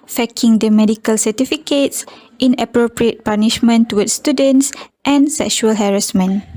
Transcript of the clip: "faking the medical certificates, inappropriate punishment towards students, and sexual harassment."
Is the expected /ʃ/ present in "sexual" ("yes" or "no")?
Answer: yes